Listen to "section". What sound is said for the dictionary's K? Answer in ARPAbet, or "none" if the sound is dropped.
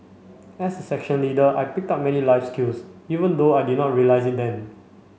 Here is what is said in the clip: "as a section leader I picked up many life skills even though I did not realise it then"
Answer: K